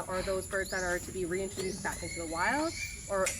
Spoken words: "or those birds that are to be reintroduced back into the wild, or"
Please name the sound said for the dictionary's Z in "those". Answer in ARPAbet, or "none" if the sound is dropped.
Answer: Z